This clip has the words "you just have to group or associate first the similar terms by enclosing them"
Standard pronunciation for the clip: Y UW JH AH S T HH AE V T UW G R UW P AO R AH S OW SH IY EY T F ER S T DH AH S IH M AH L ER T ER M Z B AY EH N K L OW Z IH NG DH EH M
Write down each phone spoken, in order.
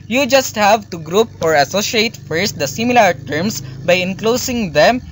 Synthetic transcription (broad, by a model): Y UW JH AH S T HH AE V T UW G R UW P AO R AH S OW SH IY EY T F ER S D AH S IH M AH L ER T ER M S B AY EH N K L OW S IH NG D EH M